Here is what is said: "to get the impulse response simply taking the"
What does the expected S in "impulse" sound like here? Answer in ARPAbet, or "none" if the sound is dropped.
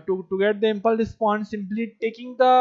none